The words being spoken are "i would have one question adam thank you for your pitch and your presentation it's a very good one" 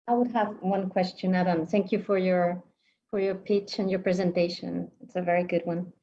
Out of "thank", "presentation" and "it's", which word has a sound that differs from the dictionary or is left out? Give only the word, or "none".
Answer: none